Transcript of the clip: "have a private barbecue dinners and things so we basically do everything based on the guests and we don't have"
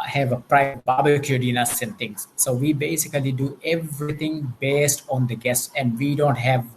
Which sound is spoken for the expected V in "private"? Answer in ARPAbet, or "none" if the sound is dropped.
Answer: none